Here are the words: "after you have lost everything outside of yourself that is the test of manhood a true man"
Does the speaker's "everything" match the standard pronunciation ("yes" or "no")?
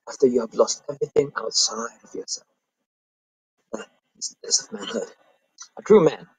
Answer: yes